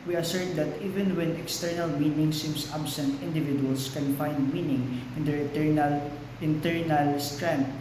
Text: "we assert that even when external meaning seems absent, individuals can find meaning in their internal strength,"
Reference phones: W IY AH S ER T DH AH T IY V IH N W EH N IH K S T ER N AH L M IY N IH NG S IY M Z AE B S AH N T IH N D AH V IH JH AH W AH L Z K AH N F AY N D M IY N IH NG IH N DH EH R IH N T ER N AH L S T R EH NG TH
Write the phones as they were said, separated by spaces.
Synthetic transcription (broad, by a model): W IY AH S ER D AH T IY V IH N W EH N IH K S T ER N AH L M IY N IH NG S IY M S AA B S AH N T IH N D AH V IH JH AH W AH L S K AH N F AY N D M IY N IH NG IH N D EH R IH N T ER N AH L S T R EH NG